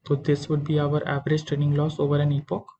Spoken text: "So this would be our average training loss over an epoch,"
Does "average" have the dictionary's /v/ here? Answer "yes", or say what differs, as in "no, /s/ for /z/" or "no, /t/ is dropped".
yes